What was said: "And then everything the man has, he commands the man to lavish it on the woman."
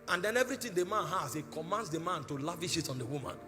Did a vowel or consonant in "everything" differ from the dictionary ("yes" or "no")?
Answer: yes